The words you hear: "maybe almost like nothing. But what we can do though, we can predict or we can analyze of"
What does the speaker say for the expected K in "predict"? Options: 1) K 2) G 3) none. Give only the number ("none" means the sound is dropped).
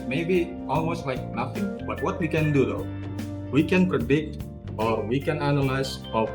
1